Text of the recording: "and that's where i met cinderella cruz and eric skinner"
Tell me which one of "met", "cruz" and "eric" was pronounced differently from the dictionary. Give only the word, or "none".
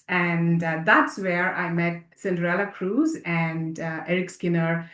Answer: none